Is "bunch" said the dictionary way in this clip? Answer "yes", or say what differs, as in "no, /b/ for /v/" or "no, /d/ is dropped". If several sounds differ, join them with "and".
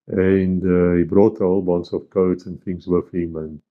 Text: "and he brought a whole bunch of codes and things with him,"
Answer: no, /s/ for /tʃ/